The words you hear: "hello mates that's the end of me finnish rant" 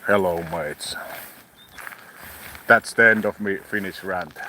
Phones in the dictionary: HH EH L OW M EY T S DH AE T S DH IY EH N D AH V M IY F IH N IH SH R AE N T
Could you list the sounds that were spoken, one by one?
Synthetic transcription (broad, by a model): HH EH L OW M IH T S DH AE T S DH IY EH N D AH V M IY F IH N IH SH R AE N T